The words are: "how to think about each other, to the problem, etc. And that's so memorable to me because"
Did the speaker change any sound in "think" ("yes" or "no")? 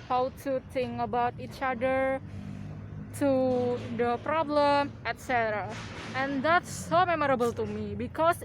yes